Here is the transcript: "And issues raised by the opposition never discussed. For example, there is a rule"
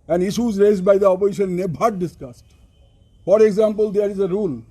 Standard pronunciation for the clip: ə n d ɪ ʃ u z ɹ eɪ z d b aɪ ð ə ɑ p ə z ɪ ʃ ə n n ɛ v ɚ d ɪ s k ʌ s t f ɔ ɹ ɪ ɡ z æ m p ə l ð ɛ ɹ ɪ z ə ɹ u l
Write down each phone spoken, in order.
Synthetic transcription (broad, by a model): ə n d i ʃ u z ɹ eɪ z d b aɪ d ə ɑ p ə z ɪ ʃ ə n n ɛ b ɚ d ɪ s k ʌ s t f ɔ ɹ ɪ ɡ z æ m p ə l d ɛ ɹ ɪ z ə ɹ u l